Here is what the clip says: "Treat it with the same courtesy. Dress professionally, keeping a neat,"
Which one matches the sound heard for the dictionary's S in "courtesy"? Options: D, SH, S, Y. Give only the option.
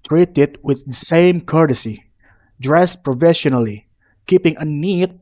S